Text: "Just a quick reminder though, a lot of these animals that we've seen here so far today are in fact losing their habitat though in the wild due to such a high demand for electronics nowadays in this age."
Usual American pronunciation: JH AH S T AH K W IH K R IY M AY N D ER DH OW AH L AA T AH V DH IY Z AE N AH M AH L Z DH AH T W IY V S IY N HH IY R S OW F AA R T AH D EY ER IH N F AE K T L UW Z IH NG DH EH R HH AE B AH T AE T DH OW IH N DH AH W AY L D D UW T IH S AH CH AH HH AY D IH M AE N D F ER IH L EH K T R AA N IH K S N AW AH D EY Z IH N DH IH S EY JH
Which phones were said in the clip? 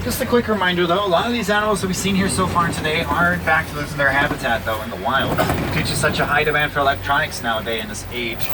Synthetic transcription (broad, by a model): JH AH S T AH K W IH K R IY M AY N D ER DH OW AH L AA T AH V DH IY Z AE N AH M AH L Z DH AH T W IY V S IY N HH IY R S OW F AA R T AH D EY ER IH N F AE K T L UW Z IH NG DH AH R HH AE B AH T AE T DH OW IH N DH AH W AY L D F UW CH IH S AH CH AH HH AY D IH M AE N D F ER IH L EH K T R AA N IH K S N AW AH D EY IH N DH IH S EY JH